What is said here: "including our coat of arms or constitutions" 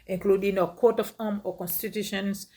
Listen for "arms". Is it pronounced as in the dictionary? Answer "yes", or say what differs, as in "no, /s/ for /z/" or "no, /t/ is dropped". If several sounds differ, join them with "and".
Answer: no, /z/ is dropped